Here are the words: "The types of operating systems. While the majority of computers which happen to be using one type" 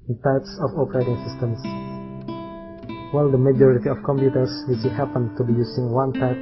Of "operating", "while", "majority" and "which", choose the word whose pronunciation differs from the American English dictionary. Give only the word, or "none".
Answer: which